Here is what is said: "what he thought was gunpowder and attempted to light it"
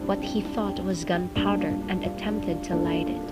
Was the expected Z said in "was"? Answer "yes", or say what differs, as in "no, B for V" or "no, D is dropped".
yes